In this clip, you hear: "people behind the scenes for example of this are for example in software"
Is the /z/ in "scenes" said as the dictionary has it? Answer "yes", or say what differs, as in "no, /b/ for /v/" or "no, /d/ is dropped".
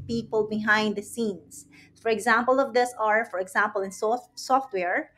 no, /s/ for /z/